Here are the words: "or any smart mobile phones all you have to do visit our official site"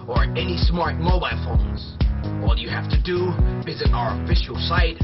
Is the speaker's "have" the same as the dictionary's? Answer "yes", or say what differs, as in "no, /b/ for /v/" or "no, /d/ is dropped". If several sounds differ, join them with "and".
no, /f/ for /v/